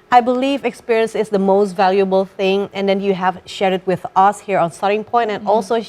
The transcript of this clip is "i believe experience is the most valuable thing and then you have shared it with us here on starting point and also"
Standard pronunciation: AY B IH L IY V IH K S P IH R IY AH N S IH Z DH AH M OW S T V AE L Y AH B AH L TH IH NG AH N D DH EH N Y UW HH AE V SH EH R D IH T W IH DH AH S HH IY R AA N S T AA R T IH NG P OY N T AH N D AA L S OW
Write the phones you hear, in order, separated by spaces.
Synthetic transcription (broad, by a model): AY B IH L IY V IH K S P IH R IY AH N S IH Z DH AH M OW S T V AE L Y AH B AH L TH IH NG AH N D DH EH N Y UW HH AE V SH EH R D IH T W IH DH AH S HH IY R AA N S T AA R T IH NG P OY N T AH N AA L S OW